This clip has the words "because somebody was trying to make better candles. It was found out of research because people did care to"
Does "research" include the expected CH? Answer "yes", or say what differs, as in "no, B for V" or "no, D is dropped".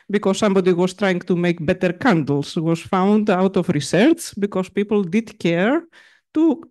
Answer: no, S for CH